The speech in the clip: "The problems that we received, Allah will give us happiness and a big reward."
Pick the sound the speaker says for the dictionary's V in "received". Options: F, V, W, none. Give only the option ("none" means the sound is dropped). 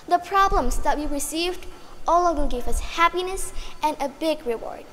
V